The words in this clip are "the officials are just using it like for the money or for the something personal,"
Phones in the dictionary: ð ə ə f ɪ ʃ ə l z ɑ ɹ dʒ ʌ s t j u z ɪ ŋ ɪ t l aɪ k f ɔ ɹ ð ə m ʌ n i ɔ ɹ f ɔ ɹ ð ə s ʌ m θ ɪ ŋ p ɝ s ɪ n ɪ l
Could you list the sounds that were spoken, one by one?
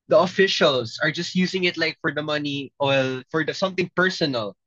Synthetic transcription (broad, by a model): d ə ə f ɪ ʃ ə l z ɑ ɹ dʒ ʌ s t j u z ɪ ŋ ɪ t l aɪ k f ɔ ɹ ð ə m ʌ n i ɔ l f ɔ ɹ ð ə s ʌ m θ ɪ ŋ p ɝ s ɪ n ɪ l